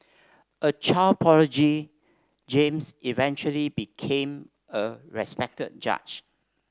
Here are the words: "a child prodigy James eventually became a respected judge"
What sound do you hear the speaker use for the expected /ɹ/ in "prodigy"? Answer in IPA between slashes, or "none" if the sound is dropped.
none